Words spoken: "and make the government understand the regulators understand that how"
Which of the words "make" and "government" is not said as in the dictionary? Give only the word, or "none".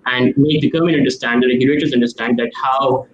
government